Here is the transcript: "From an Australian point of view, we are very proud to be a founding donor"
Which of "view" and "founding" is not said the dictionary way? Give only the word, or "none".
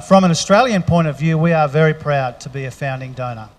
none